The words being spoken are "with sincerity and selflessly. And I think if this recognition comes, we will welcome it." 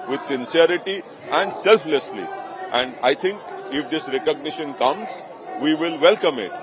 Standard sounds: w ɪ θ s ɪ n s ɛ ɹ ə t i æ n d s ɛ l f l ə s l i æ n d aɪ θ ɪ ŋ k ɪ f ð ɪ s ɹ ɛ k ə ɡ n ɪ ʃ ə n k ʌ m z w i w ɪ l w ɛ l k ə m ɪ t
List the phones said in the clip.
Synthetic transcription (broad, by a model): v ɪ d s ɪ n s ɛ ɹ ə t i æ n d s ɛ l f l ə s l i æ n d aɪ t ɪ ŋ k ɪ f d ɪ s ɹ ɛ k ə ɡ n ɪ ʃ ə n k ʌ m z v i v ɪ l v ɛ l k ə m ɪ t